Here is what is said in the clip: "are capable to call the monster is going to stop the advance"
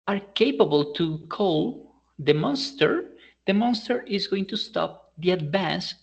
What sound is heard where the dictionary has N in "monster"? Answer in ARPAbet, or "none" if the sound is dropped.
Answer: N